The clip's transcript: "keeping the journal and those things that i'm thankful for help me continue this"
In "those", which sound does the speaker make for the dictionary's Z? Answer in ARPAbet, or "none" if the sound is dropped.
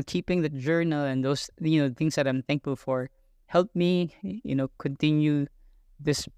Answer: none